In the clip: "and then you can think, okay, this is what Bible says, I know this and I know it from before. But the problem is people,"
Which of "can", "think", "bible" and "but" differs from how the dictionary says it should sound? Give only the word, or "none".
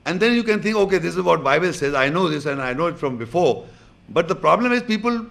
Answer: think